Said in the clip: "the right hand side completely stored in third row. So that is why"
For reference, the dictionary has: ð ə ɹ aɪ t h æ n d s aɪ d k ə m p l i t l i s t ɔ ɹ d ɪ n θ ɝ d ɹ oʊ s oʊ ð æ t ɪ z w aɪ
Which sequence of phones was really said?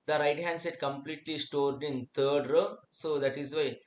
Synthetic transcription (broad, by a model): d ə ɹ aɪ t h æ n d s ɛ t k ə m p l i t l i s t ɔ ɹ d ɪ n t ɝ d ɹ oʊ s oʊ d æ t ɪ z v aɪ